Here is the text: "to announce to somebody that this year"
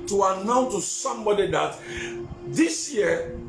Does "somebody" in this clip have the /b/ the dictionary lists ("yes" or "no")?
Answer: yes